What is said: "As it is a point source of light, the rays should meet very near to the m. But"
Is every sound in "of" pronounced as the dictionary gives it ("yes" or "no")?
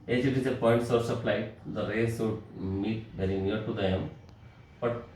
no